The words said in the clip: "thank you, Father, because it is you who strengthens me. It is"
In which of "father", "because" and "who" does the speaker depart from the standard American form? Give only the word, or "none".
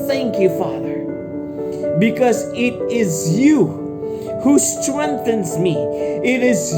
none